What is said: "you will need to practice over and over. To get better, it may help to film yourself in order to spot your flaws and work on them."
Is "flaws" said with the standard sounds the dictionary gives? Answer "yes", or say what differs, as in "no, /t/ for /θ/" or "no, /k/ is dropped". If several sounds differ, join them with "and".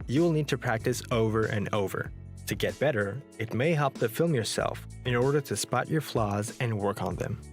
yes